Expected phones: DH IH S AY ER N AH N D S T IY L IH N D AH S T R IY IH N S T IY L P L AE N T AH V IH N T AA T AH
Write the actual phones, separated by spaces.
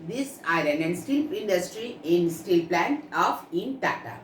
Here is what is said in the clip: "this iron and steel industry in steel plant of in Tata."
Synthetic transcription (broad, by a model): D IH S AY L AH N D S T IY L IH N D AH S T R IY IH N S T IY L P L AE N T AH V IH N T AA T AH